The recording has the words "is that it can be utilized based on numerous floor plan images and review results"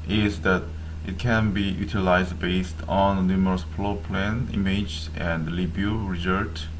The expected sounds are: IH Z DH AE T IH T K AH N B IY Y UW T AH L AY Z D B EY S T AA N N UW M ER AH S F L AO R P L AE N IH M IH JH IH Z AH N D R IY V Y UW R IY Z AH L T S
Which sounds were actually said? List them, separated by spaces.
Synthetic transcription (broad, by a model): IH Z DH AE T IH T K AH N B IY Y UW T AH L AY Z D B EY S T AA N N UW M ER AH S P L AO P L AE N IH M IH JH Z AH N D L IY B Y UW R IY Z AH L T